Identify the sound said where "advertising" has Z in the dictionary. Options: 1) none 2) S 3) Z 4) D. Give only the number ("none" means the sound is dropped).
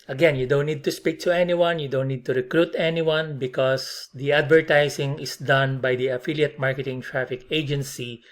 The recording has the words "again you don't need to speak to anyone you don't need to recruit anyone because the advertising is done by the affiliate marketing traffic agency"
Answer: 2